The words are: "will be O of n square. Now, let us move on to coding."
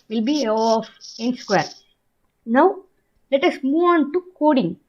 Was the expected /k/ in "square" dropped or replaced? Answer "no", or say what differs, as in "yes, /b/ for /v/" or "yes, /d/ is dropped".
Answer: no